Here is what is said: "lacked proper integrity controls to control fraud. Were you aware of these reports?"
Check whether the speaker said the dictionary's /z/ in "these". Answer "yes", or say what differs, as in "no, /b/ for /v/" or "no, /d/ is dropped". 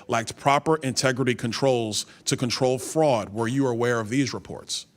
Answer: yes